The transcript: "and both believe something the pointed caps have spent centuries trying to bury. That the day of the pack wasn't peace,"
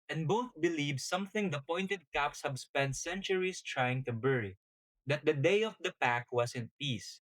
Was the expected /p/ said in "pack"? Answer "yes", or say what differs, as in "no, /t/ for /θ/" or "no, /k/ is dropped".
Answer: yes